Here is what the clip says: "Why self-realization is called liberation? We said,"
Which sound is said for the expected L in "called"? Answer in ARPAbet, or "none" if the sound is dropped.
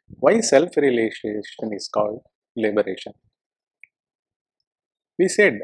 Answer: L